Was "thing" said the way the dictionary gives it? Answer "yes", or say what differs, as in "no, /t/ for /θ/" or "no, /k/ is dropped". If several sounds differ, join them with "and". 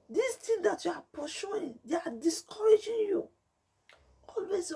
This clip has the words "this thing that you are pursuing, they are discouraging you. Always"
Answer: no, /t/ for /θ/